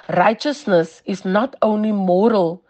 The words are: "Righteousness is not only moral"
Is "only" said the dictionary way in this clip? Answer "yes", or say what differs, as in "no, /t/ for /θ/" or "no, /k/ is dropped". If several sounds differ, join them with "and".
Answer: yes